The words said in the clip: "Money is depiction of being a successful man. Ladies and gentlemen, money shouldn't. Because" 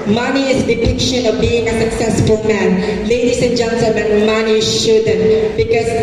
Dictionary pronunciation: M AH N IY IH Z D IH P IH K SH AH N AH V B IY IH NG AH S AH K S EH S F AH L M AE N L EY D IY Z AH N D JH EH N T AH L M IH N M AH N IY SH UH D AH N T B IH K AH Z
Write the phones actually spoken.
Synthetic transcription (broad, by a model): M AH N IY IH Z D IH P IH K SH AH N AH V B IY IH NG AH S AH K S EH S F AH L M AE N L EY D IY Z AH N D JH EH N S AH M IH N M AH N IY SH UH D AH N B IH K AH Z